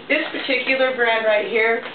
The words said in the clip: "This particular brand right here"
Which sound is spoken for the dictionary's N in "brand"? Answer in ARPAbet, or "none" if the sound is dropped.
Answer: none